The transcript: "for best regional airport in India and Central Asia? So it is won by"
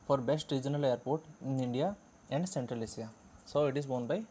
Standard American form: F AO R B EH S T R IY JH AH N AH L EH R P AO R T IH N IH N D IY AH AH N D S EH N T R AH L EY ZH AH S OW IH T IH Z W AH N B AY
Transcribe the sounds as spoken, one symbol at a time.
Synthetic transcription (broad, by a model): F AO R B EH S T R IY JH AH N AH L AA R P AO R T IH N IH N D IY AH AH N D S EH N T R AH L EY S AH S OW IH T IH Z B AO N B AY